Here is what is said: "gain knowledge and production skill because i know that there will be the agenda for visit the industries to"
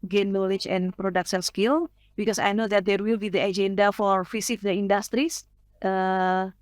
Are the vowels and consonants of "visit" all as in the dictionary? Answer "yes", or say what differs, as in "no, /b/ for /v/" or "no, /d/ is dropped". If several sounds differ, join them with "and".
no, /f/ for /v/